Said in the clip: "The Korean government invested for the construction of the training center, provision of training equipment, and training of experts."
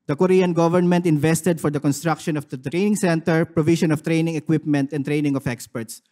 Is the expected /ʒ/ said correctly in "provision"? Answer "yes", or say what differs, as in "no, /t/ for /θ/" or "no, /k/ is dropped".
no, /ʃ/ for /ʒ/